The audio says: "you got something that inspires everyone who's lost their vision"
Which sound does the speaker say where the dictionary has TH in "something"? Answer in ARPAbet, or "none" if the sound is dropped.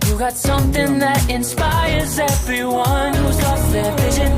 TH